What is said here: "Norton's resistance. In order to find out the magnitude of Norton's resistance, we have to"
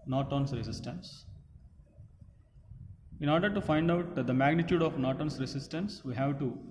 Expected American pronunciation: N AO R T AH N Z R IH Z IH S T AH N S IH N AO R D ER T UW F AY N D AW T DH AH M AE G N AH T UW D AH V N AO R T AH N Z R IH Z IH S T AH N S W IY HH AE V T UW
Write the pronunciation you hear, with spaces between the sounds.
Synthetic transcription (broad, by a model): N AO T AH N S R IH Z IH S T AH N S IH N AO R D ER T UW F AY N D AW T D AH M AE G N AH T UW D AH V N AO T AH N S R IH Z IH S T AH N S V IY HH AE V T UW